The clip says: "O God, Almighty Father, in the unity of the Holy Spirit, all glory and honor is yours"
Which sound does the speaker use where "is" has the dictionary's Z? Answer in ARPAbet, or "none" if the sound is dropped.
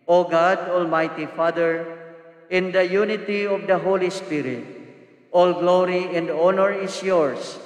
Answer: S